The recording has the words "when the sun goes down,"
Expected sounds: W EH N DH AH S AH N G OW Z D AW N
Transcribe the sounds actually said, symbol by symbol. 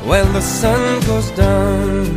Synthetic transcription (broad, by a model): W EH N DH AH S AH N G OW Z D AW N